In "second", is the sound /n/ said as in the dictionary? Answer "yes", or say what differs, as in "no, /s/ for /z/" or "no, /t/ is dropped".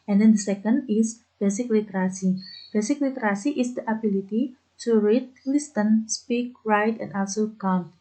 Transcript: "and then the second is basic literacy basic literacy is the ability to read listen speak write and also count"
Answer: yes